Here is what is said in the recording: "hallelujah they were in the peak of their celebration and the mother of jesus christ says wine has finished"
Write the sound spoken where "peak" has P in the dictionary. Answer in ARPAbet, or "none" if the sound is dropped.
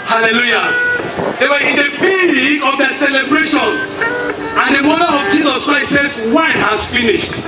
B